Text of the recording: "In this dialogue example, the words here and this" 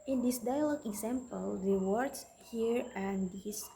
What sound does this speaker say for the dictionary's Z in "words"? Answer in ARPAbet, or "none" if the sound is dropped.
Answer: S